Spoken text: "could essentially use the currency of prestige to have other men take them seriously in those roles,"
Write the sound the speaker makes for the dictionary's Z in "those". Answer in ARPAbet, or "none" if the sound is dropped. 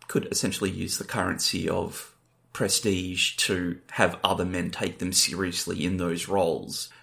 Z